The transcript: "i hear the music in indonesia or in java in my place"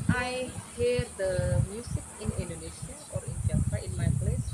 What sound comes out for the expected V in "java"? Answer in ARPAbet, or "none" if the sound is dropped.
F